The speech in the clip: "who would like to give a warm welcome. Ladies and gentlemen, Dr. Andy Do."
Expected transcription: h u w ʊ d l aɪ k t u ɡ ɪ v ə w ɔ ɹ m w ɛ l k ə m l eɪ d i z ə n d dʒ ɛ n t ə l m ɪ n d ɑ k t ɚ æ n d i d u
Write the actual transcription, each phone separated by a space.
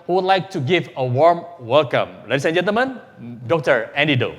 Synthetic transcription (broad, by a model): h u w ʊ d l aɪ k t u ɡ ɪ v ə w ɔ ɹ m w ɛ l k ə m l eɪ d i s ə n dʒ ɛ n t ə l m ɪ n d ɑ k t ɚ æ n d i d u